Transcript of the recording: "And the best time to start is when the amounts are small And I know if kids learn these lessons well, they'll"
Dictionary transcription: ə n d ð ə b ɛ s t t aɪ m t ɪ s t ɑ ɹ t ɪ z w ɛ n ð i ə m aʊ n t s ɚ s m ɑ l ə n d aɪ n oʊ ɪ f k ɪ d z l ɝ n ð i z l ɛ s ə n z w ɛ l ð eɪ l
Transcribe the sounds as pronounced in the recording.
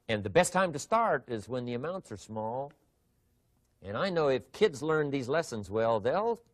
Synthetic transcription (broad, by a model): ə n ð ə b ɛ s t t aɪ m t ɪ s t ɑ ɹ t ɪ z w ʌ n ð i ə m aʊ n t s ɚ s m ɑ l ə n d aɪ n oʊ ɪ f k ɪ d z l ɝ n ð i z l ɛ s ə n z w ɛ l ð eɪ l